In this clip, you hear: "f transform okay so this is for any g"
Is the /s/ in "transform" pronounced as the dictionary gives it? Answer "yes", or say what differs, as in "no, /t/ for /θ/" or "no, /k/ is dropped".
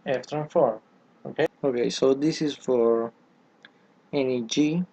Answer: no, /s/ is dropped